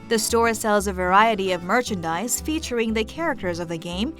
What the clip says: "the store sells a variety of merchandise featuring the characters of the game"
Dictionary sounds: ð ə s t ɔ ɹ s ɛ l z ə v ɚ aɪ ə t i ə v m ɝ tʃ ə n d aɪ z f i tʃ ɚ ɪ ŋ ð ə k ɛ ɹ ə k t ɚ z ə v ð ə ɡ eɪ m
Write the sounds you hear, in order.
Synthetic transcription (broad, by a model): ð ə s t ɔ ɹ s ɛ l z ə v ɚ aɪ ə t i ə v m ɝ tʃ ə n d aɪ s f i tʃ ɚ ɪ ŋ ð ə k ɛ ɹ ə k t ɚ z ə v ð ə ɡ eɪ m